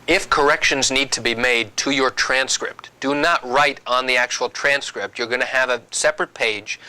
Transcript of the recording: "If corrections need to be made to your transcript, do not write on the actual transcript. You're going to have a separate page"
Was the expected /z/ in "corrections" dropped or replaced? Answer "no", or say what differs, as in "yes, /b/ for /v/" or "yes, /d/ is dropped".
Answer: no